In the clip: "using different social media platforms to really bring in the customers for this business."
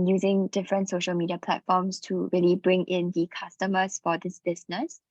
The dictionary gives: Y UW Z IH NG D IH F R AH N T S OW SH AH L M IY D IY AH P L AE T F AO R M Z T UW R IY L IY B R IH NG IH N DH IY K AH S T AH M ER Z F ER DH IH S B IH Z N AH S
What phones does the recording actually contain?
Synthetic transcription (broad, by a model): Y UW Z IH NG D IH F R AH N T S OW SH AH L M IY D IY AH P L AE T F AO M S T UW R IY L IY B R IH NG IH N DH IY K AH S T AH M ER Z F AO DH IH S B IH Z N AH S